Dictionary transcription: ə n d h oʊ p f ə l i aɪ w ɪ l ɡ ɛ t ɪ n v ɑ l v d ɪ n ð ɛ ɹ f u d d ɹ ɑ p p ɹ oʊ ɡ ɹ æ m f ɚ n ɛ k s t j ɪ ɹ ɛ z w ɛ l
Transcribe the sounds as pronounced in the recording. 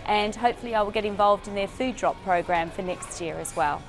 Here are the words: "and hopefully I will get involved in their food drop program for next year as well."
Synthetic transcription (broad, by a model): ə n h oʊ p f ə l i aɪ w ɪ l ɡ ɛ t ɪ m v ɑ l v d ɪ n ð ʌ f u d d ɹ ɑ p p ɹ oʊ ɡ ɹ æ m f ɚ n ɛ k s t j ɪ ɹ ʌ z w ɛ l